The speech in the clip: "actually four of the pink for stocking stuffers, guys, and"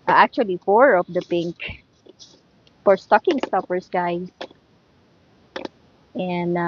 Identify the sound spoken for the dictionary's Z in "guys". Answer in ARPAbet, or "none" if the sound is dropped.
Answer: S